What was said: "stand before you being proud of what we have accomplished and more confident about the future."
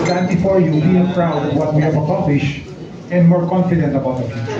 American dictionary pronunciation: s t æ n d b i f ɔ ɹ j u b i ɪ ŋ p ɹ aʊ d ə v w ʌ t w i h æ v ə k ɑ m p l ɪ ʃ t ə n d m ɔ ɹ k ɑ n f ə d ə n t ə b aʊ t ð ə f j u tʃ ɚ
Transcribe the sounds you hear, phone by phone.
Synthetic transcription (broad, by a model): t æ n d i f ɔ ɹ j u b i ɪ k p ɹ aʊ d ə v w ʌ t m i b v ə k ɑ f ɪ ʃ ə n d m ɔ ɹ k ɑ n f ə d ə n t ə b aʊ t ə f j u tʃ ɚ